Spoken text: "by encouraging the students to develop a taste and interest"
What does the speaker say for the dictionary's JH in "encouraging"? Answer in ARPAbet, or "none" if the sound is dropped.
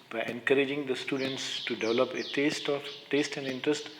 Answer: JH